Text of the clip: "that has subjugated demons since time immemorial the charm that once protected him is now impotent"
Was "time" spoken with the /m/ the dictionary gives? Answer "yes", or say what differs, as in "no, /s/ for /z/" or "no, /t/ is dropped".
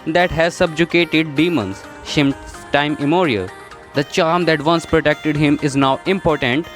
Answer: no, /m/ is dropped